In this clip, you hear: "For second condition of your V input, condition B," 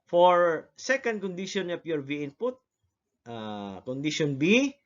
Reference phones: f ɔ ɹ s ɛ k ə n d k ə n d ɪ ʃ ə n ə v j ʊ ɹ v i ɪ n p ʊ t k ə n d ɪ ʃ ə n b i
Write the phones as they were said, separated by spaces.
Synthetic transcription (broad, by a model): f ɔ ɹ s ɛ k ə n d k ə n d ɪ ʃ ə n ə p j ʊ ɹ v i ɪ n p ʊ t k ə n d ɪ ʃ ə n b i